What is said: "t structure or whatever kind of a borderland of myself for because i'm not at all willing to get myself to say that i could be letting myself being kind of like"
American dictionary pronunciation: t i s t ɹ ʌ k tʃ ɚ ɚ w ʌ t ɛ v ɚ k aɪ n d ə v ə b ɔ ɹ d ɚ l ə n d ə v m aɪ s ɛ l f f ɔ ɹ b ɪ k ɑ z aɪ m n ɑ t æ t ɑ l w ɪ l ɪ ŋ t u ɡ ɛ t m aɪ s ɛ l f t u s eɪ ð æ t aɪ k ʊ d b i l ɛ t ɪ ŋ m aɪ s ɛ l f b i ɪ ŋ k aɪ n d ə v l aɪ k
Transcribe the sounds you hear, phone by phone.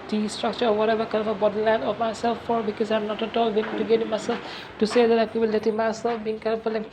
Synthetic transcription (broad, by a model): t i s t ɹ ʌ k tʃ ɚ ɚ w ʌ t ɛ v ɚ k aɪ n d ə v ə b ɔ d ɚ l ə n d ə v m aɪ s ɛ l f f ɔ ɹ b ɪ k ɑ z aɪ m n ɑ t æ t ɑ l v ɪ n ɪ t u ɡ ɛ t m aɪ s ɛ l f t u s eɪ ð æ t aɪ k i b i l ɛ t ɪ m aɪ s ɛ l f b i ɪ ŋ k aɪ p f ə l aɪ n